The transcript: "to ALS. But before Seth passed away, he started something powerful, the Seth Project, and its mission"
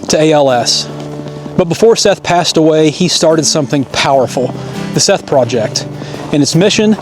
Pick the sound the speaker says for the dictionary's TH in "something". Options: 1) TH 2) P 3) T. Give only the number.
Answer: 1